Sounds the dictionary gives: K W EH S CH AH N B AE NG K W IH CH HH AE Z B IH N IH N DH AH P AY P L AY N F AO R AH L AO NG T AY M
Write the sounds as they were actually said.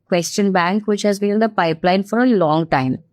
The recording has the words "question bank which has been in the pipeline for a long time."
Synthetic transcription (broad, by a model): K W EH S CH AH N B AE NG K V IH CH HH AE Z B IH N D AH P AY P L AY N F AO R AH L AO NG T AY M